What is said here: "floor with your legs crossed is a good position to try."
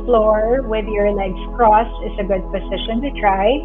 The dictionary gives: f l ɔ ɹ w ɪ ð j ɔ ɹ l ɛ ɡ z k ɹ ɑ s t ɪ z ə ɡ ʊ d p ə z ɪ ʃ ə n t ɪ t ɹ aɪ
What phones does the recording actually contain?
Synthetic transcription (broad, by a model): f l ɔ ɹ w ɪ ð j ɔ ɹ l ɛ ɡ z k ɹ ɑ s ɪ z ə ɡ ʊ d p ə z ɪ ʃ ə n t ɪ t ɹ aɪ